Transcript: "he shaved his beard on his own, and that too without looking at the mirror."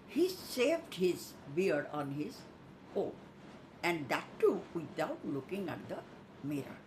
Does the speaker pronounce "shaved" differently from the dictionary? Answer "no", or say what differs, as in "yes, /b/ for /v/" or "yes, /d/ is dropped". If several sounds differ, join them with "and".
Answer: yes, /s/ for /ʃ/